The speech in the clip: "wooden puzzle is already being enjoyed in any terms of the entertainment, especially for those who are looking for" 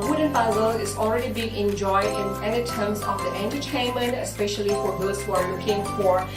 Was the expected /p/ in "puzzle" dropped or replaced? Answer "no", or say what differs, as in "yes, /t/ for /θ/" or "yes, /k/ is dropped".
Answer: yes, /b/ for /p/